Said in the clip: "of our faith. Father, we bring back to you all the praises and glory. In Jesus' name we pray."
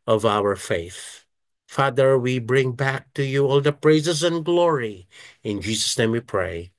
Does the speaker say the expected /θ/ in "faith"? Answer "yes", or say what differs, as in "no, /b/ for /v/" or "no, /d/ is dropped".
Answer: yes